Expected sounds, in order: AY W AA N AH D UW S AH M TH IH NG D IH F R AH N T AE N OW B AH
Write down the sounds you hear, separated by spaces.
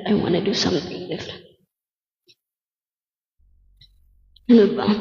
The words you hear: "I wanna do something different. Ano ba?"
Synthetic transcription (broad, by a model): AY W AA N AH D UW S AH M TH IH NG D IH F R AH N AO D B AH